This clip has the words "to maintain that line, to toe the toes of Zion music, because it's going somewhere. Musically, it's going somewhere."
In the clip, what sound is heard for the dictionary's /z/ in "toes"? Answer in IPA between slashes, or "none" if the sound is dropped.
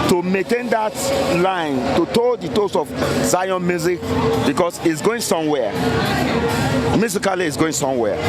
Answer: /s/